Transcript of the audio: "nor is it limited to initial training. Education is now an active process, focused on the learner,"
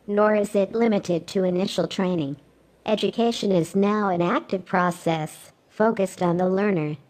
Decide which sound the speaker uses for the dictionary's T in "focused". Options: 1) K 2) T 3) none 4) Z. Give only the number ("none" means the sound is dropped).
2